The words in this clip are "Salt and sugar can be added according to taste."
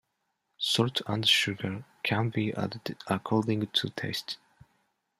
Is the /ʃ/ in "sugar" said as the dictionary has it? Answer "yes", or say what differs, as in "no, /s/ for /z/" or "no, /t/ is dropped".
yes